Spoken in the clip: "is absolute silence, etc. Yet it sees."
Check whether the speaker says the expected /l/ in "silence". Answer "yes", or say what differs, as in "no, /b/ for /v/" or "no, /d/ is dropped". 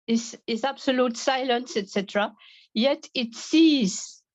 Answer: yes